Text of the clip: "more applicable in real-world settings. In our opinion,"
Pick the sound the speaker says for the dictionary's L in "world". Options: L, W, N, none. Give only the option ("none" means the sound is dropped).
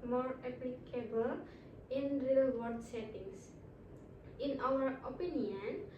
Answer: none